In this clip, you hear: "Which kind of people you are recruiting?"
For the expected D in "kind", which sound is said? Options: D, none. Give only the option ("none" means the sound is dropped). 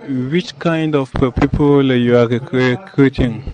D